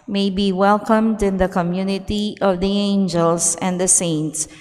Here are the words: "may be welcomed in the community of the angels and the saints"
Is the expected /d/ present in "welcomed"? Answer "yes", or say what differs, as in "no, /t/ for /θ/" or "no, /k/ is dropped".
yes